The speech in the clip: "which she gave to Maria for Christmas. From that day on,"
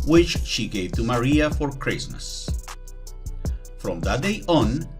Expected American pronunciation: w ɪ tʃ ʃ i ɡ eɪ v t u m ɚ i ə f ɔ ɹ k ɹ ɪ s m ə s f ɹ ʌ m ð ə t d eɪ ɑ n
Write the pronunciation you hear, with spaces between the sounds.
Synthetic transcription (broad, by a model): w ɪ tʃ ʃ i ɡ eɪ v t u m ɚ i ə f ɔ ɹ k ɹ ɪ s m ə s f ɹ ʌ m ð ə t d eɪ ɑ n